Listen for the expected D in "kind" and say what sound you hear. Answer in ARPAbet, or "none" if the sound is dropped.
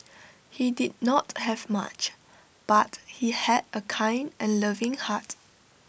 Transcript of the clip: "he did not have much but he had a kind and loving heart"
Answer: D